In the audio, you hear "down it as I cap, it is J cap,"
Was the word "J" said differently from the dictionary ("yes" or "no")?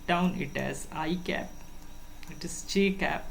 yes